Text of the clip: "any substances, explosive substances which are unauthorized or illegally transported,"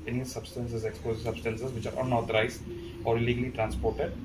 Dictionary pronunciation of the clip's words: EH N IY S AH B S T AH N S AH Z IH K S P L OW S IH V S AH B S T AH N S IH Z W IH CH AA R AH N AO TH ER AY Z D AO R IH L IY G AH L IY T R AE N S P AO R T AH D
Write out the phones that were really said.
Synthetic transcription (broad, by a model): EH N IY S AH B S T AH N S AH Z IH K S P OW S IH S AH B S T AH N S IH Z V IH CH AA R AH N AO T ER AY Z AO R IH L IY G AH L IY T R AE N S P AO R T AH D